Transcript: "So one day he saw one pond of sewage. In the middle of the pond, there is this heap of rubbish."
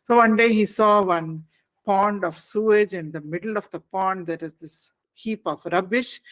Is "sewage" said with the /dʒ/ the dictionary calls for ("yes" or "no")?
yes